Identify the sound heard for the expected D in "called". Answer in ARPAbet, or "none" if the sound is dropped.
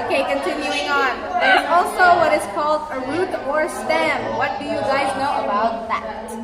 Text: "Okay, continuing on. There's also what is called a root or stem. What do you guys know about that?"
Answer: D